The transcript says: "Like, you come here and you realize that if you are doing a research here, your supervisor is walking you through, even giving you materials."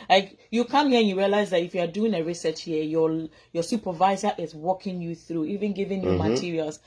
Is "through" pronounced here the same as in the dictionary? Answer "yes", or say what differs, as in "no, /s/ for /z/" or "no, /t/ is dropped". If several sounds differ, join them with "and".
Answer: yes